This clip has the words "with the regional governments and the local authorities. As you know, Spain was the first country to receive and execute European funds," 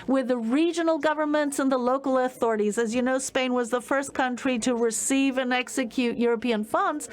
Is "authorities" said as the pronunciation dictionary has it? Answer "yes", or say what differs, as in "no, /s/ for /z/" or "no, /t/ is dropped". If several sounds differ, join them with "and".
yes